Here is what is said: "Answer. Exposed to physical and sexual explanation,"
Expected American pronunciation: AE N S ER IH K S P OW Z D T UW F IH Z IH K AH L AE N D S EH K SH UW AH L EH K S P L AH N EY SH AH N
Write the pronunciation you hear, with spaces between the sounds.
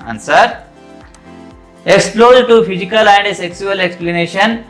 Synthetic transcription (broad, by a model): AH N S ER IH K S P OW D T UW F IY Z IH K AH L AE N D S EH K S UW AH L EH K S P L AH N EY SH AH N